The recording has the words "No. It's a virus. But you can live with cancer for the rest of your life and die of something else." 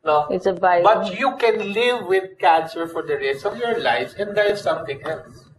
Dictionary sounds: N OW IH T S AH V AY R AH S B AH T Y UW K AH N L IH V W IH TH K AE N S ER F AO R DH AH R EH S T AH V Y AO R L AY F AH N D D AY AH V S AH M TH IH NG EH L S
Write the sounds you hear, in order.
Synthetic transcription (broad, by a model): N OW IH T S AH B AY AH B AH T Y UW K AH N L IH V IH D K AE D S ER F AO R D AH R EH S AH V Y AO R L AY F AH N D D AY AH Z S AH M T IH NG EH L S